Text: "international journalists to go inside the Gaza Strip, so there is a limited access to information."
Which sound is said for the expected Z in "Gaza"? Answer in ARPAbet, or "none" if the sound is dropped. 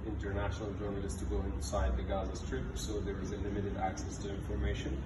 Z